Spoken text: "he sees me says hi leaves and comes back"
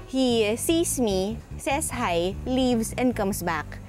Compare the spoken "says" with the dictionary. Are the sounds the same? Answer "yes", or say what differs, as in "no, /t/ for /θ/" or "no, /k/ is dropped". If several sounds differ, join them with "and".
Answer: no, /s/ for /z/